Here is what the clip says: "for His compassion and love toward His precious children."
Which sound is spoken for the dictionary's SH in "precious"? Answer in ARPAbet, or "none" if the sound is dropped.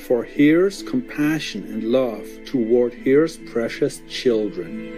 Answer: SH